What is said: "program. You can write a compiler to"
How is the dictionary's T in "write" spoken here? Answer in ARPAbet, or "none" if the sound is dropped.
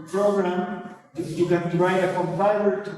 none